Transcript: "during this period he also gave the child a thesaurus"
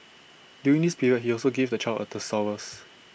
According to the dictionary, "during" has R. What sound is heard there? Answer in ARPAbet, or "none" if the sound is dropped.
none